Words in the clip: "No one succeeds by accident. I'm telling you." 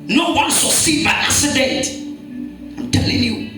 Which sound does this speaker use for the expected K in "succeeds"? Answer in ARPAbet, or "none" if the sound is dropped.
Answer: none